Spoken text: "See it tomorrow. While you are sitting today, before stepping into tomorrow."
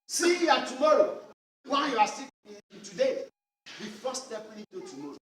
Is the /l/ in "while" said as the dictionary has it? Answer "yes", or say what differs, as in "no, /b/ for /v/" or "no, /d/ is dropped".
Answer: no, /n/ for /l/